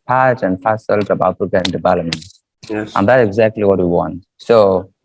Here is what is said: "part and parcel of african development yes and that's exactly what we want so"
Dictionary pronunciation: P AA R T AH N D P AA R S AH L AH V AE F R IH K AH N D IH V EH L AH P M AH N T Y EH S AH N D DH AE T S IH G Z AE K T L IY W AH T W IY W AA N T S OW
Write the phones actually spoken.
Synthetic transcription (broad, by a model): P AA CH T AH N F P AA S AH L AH B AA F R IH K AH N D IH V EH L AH M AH N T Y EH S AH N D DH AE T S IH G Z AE K T L IY W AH T W IY W AA N T S OW